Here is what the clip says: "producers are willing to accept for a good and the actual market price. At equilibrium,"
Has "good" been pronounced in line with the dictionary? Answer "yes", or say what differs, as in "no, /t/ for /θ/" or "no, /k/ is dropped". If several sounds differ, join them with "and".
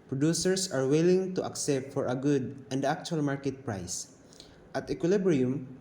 yes